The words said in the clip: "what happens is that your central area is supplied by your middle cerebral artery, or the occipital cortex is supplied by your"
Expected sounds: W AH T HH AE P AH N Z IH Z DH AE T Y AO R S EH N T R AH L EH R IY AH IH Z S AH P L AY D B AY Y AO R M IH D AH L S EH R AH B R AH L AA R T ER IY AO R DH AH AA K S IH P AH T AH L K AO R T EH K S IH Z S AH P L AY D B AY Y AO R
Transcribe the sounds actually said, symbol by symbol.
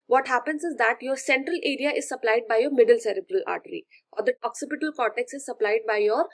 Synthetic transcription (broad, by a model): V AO T HH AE P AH N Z IH Z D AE T Y AO R S EH N T R AH L EH R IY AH IH Z S AH P L AY D B AY Y AO R M IH D AH L S EH R AH B R AH L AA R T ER IY AO R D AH AA K S IH P AH T AH L K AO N T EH K S IH Z S AH P L AY D B AY Y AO R